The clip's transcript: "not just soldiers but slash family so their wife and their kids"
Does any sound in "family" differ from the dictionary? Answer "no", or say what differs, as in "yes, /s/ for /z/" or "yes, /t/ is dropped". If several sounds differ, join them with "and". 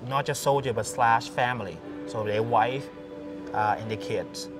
no